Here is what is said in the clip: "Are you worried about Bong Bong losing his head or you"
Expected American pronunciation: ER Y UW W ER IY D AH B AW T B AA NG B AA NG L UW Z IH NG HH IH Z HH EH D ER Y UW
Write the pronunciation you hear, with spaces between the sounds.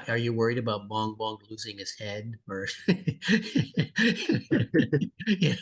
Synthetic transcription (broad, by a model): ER Y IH W ER IY D AH B AW T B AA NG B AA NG L UW Z IH NG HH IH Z HH EH D ER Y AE